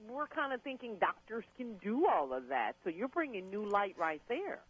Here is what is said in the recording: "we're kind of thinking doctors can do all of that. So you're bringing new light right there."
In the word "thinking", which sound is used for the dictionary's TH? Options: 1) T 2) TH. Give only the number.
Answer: 2